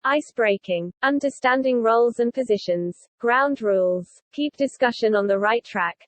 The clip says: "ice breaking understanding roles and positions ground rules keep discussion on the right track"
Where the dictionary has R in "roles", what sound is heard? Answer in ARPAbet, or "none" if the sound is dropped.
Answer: R